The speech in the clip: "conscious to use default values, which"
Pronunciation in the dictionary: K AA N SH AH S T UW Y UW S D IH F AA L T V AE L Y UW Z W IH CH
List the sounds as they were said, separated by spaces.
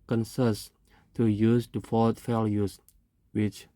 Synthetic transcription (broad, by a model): K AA N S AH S T UW Y UW S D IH F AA T F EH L Y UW S W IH CH